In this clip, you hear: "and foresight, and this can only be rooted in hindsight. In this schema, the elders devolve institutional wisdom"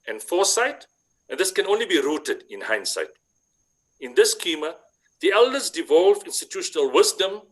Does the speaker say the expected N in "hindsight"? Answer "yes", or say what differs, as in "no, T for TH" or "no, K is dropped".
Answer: yes